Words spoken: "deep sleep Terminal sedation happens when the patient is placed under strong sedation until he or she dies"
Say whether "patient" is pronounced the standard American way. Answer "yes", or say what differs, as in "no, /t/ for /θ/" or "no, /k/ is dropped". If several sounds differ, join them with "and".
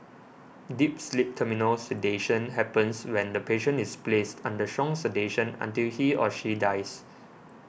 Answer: no, /t/ is dropped